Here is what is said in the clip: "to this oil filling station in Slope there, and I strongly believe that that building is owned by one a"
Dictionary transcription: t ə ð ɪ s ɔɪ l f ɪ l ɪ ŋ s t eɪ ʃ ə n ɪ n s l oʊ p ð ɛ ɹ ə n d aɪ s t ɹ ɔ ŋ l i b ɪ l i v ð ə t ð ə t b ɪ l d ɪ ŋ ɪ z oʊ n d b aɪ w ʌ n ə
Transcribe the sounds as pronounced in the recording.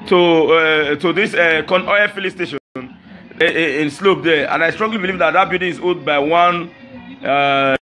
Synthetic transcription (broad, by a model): t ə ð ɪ s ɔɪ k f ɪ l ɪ s t eɪ ʃ ə n ɪ n s l oʊ p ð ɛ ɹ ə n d aɪ s t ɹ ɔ ŋ l i b ɪ l i v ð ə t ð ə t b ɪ d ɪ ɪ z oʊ d b aɪ w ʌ n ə